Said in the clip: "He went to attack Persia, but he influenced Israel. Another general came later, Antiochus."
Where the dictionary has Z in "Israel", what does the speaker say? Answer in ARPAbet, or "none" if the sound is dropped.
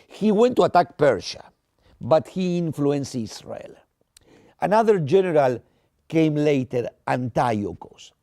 S